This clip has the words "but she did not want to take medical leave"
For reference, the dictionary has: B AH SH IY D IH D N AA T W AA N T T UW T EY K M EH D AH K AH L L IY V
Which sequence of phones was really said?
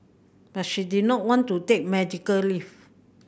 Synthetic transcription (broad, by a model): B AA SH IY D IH N AA T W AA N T T UW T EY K M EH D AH K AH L L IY F